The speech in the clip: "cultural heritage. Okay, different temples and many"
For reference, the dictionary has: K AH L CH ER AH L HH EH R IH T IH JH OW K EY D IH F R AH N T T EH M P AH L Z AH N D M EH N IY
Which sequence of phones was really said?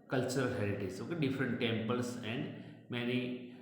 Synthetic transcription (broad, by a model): K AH L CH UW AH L HH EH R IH T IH Z OW K EY D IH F R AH N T T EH M P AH L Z AH N D M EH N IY